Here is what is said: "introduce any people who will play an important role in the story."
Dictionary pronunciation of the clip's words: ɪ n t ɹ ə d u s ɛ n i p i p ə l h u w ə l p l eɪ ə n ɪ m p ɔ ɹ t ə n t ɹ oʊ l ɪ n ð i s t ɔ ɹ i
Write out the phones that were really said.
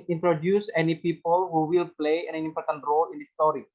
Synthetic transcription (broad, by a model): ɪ n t ɹ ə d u s ɛ n i p i p ə l h u w ə l p l eɪ ə n ɪ m p ɔ ɹ t ə n t ɹ oʊ l ɪ n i s t ɔ ɹ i